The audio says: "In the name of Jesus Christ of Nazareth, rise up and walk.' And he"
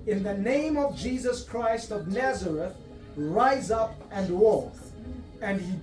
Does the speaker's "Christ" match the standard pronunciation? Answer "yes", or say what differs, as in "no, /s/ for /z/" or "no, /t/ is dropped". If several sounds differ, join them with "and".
yes